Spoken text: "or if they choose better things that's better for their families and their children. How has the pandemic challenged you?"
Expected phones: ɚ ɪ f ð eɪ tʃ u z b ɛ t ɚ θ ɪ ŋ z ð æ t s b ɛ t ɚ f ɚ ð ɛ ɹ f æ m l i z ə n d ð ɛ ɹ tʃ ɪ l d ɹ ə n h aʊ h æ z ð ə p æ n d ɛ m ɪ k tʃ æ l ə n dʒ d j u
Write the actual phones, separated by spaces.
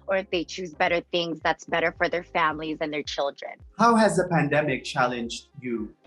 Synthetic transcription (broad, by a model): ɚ ɪ f ð eɪ tʃ u z b ɛ t ɚ θ ɪ ŋ z ð æ t s b ɛ t ɚ f ɚ ð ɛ ɹ f æ m l i z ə n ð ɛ ɹ tʃ ɪ l d ɹ ə n h aʊ h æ z ð ə p æ n d ɛ m ɪ k tʃ æ l ə n dʒ d j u